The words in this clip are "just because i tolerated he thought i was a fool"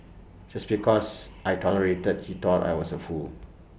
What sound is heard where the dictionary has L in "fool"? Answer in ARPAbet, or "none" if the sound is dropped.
L